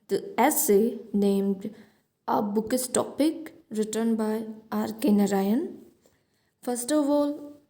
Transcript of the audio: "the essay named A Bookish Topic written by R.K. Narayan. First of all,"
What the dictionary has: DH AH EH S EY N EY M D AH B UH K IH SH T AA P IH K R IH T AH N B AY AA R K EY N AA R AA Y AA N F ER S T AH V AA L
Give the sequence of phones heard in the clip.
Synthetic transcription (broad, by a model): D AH EH S EY N EY M D AH B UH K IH S T AA P IH K R IH T AH N B AY AA R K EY N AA R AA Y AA N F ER S T AH V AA L